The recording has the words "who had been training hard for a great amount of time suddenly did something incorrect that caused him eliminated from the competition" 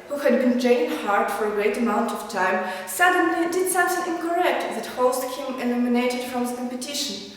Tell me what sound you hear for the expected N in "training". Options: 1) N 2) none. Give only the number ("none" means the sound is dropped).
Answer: 2